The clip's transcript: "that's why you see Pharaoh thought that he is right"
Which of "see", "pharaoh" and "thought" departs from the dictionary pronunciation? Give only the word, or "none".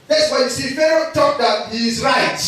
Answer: thought